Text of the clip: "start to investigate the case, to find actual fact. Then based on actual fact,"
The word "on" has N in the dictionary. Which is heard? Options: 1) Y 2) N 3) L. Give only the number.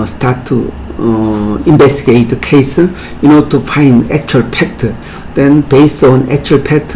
2